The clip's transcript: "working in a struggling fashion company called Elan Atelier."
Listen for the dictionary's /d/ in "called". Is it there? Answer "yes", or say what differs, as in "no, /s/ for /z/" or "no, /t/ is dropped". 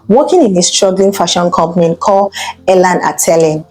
no, /d/ is dropped